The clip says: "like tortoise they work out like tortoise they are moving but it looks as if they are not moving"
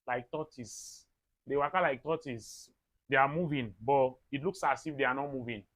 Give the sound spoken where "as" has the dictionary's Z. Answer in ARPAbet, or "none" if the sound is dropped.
S